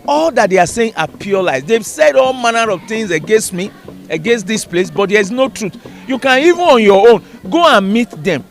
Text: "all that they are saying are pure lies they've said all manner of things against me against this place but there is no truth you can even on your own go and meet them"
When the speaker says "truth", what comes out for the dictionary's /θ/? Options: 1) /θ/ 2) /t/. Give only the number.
2